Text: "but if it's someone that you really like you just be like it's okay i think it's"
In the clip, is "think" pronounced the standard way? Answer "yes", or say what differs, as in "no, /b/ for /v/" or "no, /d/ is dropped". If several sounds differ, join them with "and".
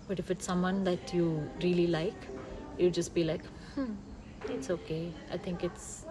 no, /t/ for /θ/